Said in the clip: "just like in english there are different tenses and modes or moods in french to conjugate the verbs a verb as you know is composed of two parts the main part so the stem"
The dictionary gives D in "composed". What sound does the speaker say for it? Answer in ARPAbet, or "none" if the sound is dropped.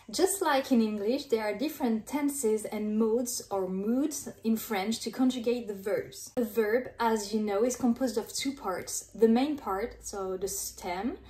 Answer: D